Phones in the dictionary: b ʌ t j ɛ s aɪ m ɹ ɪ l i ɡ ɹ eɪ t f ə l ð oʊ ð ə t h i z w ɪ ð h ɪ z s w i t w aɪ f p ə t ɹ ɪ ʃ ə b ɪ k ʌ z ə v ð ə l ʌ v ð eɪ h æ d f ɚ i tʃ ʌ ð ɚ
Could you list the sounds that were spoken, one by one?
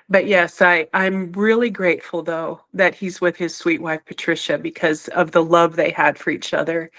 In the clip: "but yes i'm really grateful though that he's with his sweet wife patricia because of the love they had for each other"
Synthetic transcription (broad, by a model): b ʌ t j ɛ s aɪ m ɹ ɪ l i ɡ ɹ eɪ t f l ð oʊ ð ə t h i z w ɪ ð ɪ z s w i t w aɪ f p ə t ɹ ɪ ʃ ə b ɪ k ʌ z ə v ð ə l ʌ v ð eɪ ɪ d f ɚ i tʃ ʌ ð ɚ